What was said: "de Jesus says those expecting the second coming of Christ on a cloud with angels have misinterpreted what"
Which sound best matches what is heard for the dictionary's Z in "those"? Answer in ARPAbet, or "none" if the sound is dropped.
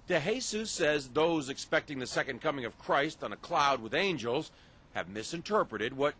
Z